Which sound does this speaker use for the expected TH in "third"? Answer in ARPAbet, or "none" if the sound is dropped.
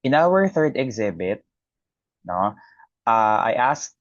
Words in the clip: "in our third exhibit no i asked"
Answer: TH